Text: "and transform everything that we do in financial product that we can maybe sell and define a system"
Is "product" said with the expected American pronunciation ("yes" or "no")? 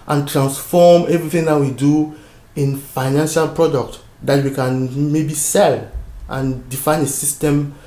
yes